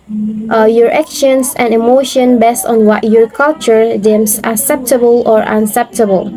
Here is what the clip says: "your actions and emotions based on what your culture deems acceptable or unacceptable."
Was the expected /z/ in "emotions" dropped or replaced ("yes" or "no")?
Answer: yes